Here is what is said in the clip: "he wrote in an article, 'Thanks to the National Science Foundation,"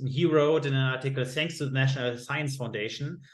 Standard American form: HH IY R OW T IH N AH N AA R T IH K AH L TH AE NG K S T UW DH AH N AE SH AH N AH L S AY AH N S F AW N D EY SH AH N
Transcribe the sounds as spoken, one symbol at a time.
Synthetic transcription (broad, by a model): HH IY R OW T IH N AH N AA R T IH K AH L TH AE NG K S T UW DH AH N AE SH AH N AH L S AY AH N S F AW N D EY SH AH N